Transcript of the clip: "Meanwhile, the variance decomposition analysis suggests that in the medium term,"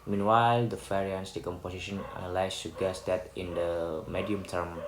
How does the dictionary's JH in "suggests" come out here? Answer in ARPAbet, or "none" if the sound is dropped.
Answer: none